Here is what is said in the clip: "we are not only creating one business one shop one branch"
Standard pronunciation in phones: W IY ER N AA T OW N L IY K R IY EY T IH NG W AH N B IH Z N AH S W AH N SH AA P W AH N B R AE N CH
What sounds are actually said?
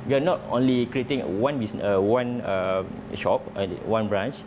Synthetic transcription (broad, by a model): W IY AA N AA T OW N L IY K R IY EY T IH NG W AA N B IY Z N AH W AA N SH AA P W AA N B R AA N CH